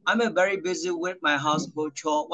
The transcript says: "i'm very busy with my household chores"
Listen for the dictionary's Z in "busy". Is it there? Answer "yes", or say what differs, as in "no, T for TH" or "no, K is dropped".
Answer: yes